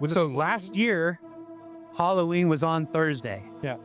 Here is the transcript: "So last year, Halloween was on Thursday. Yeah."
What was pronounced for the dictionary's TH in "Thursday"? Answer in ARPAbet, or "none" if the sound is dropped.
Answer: TH